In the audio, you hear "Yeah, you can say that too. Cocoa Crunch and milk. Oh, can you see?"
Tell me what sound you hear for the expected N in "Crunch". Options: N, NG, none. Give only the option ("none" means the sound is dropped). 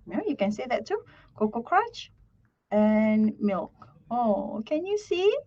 none